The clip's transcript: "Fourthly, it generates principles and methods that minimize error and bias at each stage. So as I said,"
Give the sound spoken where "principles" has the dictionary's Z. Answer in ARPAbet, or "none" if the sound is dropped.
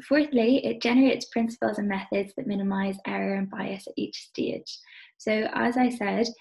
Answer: Z